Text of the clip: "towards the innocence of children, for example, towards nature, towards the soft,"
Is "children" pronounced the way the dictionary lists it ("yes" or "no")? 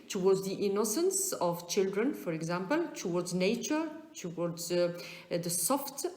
yes